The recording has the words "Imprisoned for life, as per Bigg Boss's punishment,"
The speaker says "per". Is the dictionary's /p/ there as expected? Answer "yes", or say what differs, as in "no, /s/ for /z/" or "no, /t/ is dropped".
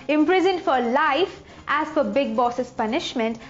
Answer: no, /f/ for /p/